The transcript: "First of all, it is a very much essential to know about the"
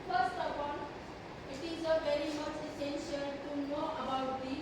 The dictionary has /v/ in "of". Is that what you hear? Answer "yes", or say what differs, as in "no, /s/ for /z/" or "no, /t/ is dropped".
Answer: no, /p/ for /v/